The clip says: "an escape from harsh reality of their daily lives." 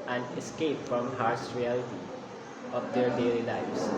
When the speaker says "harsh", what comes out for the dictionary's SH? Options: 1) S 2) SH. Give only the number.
1